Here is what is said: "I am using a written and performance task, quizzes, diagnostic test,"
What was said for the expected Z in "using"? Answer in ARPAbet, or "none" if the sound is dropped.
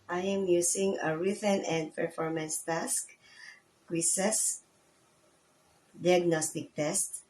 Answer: S